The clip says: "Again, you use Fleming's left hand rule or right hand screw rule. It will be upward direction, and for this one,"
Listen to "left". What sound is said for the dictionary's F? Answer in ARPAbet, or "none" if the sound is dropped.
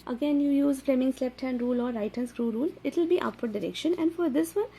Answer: P